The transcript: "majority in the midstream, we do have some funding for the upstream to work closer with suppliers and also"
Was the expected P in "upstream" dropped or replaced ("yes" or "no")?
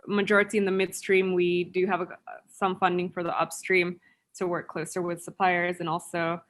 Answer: no